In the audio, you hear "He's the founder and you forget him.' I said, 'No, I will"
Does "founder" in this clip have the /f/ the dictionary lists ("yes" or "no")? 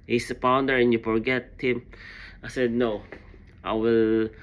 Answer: no